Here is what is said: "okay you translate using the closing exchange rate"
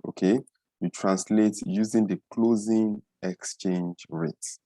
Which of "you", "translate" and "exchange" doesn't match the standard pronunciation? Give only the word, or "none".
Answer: none